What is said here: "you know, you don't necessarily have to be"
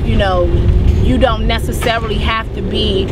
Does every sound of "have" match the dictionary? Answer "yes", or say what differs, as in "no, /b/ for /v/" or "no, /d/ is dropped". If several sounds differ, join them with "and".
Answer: no, /f/ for /v/